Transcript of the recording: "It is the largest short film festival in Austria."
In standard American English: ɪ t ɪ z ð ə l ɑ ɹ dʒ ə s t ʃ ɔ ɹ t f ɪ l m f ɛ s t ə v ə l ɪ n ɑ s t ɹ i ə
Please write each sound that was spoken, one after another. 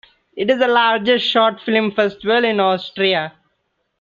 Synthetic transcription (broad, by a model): ɪ t ɪ z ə l ɑ ɹ dʒ ə s t ʃ ɔ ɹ t f ɪ l m f ɛ s t ə v ə l ɪ n ɑ s t ɹ i ə